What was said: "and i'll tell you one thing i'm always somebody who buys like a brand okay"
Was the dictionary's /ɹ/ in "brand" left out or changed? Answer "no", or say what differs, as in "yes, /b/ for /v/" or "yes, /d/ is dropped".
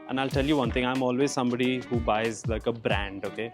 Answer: no